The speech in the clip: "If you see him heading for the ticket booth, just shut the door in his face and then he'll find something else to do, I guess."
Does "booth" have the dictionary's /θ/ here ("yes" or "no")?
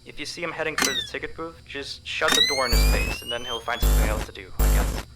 no